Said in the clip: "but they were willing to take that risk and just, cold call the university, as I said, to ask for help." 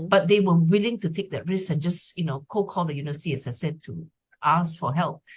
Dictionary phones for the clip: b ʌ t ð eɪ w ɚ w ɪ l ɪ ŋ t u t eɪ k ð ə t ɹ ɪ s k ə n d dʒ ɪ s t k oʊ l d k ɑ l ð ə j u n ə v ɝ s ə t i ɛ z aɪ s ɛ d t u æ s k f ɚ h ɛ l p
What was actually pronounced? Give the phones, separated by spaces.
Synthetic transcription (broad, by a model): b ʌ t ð eɪ w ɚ w ɪ l ɪ ŋ t u t eɪ k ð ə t ɹ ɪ s ə n dʒ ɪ s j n oʊ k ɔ k ɑ l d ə j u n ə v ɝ s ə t i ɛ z aɪ s ɛ d t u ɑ s f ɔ h ɛ l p